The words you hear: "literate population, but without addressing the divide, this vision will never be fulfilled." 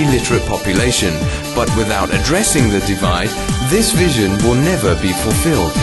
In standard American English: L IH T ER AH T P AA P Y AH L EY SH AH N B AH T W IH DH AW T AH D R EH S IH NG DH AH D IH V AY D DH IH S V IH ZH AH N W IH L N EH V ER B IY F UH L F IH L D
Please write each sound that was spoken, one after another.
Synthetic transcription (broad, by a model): L IH T ER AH T P AA P Y AH L EY SH AH N B AH T W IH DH AW T AH D R EH S IH NG DH AH D IH V AY D DH IH S V IH ZH AH N W IH L N EH V ER B IY F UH L F IH L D